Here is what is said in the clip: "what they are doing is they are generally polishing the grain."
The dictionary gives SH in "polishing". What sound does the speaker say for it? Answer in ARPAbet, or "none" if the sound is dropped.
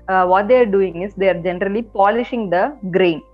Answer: SH